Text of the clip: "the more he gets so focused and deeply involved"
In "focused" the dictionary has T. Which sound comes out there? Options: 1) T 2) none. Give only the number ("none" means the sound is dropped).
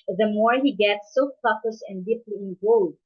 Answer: 2